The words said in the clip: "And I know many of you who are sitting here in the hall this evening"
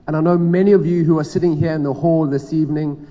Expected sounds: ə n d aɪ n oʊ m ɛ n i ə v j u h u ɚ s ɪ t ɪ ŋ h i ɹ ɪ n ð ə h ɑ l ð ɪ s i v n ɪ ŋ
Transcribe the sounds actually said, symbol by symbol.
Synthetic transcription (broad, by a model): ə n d aɪ n oʊ m ɛ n i ə v j u h u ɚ s ɪ t ɪ ŋ h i ɹ ɪ n ð ə h ɑ l ð ɪ s i v n ɪ ŋ